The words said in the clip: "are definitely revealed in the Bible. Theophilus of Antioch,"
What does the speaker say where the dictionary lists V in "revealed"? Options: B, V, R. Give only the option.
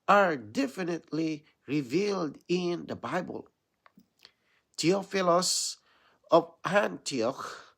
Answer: V